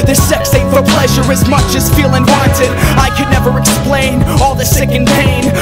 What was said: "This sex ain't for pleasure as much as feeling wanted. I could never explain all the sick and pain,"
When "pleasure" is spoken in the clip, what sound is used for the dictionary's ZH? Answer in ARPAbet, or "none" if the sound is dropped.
ZH